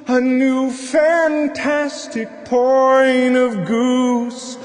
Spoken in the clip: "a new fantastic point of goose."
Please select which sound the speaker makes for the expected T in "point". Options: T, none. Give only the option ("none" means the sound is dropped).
none